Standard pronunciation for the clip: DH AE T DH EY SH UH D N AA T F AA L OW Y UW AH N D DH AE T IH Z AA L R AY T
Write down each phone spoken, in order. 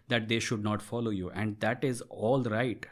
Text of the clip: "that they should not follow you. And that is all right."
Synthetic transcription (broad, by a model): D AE T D EY SH UH D N AA T F AA L OW Y UW AH N D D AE T IH Z AA L R AY T